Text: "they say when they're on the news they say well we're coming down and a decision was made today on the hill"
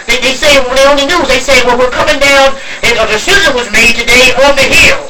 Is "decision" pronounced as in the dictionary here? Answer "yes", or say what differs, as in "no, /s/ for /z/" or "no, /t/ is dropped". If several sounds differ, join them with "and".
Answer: no, /z/ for /ʒ/